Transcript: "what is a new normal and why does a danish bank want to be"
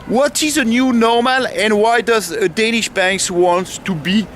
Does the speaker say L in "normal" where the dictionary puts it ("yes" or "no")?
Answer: yes